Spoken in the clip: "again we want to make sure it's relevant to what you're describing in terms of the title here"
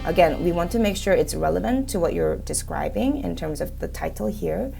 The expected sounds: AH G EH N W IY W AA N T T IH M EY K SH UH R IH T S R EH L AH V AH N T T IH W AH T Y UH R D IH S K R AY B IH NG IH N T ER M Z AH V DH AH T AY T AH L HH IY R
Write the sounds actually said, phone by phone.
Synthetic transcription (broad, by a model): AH G EH N W IY W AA N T T IH M EY K SH UH R IH T S R EH L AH V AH N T T IH W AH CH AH R D IH S K R AY B IH NG IH N T ER M Z AH V DH AH T AY T L HH IY R